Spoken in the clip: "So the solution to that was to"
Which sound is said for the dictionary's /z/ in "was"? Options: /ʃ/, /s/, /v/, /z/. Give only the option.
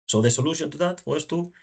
/s/